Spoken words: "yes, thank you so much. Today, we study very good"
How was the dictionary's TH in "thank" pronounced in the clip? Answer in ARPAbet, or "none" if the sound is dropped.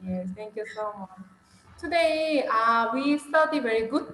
T